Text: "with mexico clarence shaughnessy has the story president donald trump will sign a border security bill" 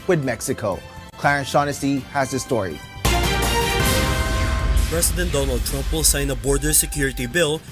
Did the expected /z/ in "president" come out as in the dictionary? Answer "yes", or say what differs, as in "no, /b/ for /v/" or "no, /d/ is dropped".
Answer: no, /s/ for /z/